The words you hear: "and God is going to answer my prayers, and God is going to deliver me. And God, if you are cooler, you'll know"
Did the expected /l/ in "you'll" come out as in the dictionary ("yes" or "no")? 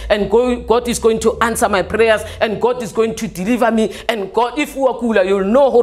yes